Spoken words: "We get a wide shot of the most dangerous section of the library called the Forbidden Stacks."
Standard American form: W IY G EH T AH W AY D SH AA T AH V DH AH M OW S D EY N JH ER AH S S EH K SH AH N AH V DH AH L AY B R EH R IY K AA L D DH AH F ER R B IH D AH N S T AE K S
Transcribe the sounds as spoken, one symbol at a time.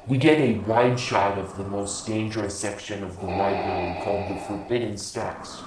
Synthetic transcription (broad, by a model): W IY G EH T AH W AY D SH AA T AH V DH AH M OW S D EY N JH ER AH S S EH K SH AH N AH V DH AH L AY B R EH IY K AA L D DH AH F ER R B IH D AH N S T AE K S